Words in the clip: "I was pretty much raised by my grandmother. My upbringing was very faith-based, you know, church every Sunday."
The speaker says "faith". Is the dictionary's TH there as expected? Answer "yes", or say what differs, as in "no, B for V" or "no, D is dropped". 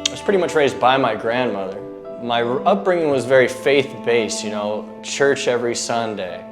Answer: yes